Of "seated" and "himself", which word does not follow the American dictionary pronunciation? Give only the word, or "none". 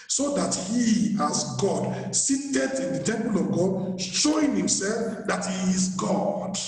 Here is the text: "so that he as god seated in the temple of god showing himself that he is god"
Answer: none